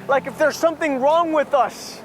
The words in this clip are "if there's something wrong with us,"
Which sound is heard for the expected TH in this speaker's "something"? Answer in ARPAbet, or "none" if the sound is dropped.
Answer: TH